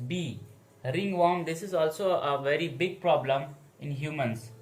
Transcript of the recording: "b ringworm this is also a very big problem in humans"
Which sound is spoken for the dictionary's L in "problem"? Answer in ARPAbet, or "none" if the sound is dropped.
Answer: L